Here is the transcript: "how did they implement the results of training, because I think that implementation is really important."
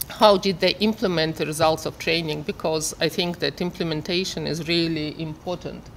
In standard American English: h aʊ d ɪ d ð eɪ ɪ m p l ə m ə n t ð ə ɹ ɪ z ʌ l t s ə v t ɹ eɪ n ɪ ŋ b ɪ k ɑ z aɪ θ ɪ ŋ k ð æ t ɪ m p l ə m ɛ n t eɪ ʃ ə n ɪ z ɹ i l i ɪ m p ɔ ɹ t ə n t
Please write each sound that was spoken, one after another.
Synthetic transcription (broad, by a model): h aʊ d ɪ d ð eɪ ɪ m p l ə m ə n t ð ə ɹ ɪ z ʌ l t s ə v t ɹ eɪ n ɪ ŋ b ɪ k ɑ z aɪ θ ɪ ŋ k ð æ t ɪ m p l ə m ɛ n t eɪ ʃ ə n ɪ z ɹ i l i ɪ m p ɔ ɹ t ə n t